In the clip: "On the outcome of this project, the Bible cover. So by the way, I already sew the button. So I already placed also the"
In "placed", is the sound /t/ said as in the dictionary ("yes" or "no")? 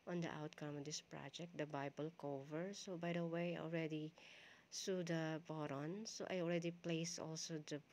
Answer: no